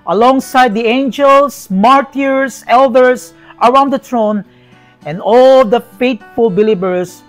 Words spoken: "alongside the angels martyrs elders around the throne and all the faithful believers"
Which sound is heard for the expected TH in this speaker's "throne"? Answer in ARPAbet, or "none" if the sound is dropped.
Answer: T